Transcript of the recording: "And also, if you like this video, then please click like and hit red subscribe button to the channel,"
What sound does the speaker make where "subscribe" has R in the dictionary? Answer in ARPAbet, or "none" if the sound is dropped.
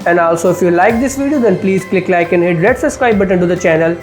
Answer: none